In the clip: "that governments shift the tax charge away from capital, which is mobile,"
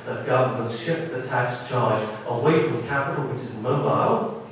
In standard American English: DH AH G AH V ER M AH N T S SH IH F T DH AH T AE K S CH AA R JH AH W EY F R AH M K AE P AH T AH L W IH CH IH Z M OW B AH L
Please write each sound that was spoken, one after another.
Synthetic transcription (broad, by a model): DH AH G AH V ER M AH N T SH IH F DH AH T AE K S CH AA R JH AH W EY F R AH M K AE P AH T L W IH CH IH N M OW B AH L